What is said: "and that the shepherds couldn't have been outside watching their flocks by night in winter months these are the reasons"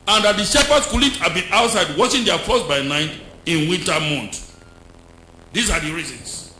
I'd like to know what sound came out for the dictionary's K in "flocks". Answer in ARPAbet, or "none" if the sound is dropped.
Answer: none